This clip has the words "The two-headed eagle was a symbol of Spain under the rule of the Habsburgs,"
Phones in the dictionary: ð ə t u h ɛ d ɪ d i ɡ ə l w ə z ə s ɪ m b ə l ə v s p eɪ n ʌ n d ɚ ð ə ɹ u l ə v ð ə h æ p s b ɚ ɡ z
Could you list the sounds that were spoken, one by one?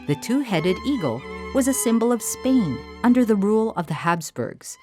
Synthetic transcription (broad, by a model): ð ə t u h ɛ d ɪ d i ɡ l w ə z ə s ɪ m b l ə v s p eɪ n ʌ n d ɚ ð ə ɹ u l ə v ð ə h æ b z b ɚ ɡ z